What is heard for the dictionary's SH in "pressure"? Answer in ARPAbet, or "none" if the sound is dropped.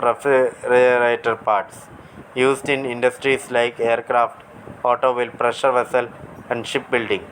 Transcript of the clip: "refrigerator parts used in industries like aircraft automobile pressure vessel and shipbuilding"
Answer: SH